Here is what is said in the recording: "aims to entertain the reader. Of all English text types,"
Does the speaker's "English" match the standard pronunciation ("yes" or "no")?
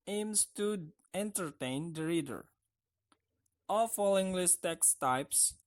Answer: no